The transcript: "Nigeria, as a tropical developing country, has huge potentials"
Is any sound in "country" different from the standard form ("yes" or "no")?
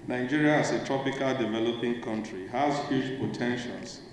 no